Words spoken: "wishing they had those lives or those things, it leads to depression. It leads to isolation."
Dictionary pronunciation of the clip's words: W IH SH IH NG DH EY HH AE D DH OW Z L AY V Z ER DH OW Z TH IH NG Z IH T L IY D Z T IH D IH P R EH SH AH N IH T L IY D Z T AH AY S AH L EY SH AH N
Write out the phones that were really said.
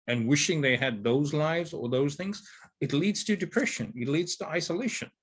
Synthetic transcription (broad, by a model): W IH SH IH NG DH EY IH D DH OW Z L AY V Z ER DH OW Z TH IH NG Z IH T L IY D Z T IH D IH P R EH SH AH N IH T L IY D Z T AH AY S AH L EY SH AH N